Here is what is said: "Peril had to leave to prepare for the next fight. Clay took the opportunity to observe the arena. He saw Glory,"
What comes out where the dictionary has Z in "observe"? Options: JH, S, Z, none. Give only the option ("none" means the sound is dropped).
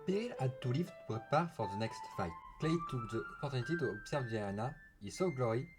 S